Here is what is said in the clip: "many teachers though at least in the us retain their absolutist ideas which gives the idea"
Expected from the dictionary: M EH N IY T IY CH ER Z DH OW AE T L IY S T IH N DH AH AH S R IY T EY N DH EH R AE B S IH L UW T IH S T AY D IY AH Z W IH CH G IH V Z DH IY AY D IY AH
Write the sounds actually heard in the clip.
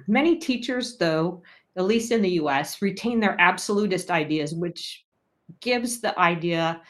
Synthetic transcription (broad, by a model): M EH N IY T IY CH ER Z DH OW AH T L IY S T IH N DH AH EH S R IY T EY N DH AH R AE B S IH L UW T IH S T AY D IY AH Z W IH CH G IH V Z DH IY AY D IY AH